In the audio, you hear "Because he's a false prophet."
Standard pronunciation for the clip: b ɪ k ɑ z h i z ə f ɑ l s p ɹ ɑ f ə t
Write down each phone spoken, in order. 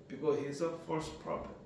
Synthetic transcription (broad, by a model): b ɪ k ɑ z h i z ə f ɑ s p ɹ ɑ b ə